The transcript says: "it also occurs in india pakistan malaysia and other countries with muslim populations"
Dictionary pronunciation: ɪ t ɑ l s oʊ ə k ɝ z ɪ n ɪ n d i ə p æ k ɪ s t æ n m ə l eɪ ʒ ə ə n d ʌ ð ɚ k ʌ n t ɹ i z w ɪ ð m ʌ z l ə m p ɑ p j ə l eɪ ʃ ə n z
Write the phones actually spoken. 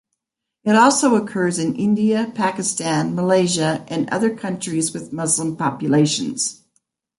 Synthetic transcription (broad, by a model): ɪ t ɑ l s oʊ ə k ɝ z ɪ n ɪ n d i ə p æ k ɪ s t æ n m ə l eɪ ʒ ə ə n ʌ ð ɚ k ʌ n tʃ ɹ i z w ɪ ð m ʌ z l ə m p ɑ p j ə l eɪ ʃ ə n z